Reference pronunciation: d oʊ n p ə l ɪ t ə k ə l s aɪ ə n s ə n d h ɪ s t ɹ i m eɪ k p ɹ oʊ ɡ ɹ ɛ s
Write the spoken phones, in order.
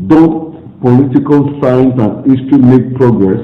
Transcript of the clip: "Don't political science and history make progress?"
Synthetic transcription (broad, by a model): d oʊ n p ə l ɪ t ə k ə l s aɪ n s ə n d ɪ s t i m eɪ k p ɹ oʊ ɡ ɹ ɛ s